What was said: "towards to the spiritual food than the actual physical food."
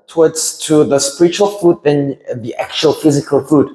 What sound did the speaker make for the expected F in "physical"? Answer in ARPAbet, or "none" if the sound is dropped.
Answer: F